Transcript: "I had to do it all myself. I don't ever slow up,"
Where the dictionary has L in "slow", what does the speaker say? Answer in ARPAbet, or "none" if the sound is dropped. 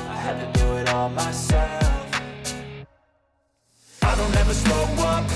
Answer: none